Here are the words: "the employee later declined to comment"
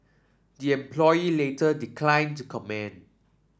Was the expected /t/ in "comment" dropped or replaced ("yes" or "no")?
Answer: yes